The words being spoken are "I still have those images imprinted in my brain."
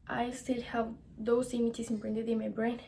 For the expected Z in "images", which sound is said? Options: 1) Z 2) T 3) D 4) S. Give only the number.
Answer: 4